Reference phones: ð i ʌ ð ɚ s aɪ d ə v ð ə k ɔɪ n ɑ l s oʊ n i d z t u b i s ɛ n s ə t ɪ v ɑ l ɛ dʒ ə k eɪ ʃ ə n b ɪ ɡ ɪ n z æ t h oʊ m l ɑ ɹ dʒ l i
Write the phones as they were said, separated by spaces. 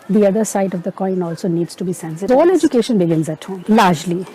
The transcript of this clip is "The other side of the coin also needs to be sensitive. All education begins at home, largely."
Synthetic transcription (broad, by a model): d i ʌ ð ɚ s aɪ d ə v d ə k ɔɪ n ɑ l s oʊ n i d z t u b i s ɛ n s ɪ ɑ l ɛ dʒ ə k eɪ ʃ ə n b ɪ ɡ ɪ n z æ t h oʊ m l ɑ ɹ dʒ l i